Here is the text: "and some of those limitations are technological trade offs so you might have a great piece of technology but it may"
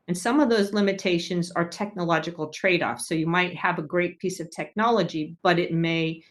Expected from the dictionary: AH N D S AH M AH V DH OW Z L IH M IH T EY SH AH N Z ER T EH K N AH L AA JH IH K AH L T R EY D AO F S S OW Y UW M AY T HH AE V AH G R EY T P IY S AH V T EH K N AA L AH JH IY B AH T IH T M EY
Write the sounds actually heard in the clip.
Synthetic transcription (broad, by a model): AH N S AH M AH V DH OW Z L IH M IH T EY SH AH N Z ER T EH K N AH L AA JH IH K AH L T R EY D AO F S S OW Y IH M AY T HH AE V AH G R EY T P IY S AH V T EH K N AA L AH JH IY B AH T IH T M EY